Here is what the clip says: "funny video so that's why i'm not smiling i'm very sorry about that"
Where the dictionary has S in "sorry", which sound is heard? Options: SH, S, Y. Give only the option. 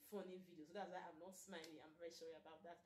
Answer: SH